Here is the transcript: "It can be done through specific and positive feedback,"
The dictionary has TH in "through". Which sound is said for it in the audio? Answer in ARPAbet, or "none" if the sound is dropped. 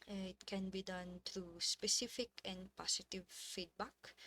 T